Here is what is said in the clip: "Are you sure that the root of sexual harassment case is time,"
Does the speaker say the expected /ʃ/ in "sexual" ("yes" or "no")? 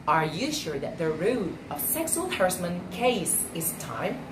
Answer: no